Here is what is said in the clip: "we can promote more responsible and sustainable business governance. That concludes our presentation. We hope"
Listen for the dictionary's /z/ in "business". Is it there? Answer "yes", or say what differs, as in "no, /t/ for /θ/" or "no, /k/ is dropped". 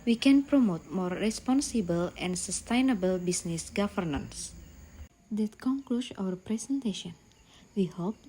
no, /s/ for /z/